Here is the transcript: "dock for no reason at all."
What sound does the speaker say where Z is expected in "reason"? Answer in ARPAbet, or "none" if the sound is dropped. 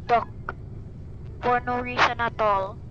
S